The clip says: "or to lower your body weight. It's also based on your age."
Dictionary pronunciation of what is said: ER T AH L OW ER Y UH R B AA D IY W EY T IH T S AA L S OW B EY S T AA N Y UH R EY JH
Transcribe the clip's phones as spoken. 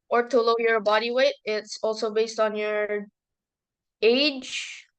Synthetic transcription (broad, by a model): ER T AH L OW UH Y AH R B AA D IY W EY T IH T S AA L S OW B EY S T N Y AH R EY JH